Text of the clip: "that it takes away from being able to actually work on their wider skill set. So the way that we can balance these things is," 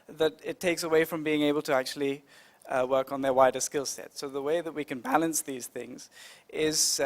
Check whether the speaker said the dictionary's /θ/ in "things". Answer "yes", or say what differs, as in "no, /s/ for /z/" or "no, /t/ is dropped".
yes